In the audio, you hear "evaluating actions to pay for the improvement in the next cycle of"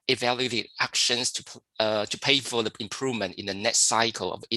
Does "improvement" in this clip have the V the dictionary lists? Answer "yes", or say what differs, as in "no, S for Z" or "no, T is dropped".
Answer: yes